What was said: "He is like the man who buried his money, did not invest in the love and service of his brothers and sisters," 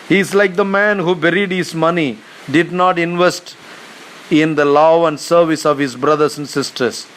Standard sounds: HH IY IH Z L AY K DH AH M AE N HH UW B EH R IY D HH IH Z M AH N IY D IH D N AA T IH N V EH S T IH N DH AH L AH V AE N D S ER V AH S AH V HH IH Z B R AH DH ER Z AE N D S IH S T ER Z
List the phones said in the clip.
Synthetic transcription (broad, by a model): HH IY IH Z L AY K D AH M AE N HH UW B EH R IY D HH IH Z M AH N IY D IH D N AA T IH N V EH S T IH N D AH L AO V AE N D S ER V AH S AH V HH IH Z B R AH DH ER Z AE N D S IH S T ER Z